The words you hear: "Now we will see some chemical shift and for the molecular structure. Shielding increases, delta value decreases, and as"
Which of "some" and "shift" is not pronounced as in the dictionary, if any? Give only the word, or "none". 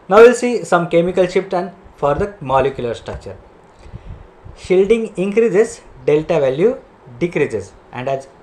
shift